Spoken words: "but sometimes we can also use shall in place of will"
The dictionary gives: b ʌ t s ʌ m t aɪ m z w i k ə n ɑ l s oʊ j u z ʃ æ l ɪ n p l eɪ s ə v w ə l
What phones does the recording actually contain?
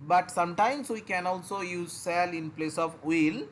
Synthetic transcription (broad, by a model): b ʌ t s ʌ m t aɪ m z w i k ə n ɑ l s oʊ j u z s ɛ l ɪ n p l eɪ s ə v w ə l